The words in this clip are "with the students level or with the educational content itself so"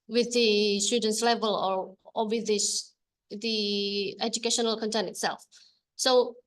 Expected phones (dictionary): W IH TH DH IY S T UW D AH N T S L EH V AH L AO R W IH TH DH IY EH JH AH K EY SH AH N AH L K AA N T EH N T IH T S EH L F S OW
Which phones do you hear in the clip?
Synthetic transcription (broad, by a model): W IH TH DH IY S T UW D AH N T S L EH V AH L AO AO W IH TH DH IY EH JH AH K EY SH AH N AH L K AA N T EH N T IH T S EH L F S OW